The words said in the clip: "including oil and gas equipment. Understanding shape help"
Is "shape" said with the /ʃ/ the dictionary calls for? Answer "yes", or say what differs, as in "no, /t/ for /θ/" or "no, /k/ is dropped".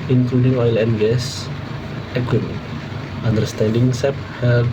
no, /s/ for /ʃ/